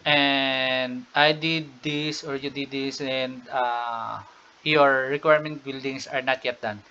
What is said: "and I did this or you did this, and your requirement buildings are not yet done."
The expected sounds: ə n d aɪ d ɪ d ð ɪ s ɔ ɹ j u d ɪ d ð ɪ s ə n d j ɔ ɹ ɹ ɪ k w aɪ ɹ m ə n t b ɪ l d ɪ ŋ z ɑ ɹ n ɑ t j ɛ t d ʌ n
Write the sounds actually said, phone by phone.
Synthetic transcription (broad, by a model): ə n d aɪ d ɪ d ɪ s ɔ ɹ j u d ɪ d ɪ s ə n d j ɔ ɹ ɹ ɪ k w aɪ ɹ m ə n t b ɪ l d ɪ ŋ s ɑ ɹ n ɑ t j ɛ t d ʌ n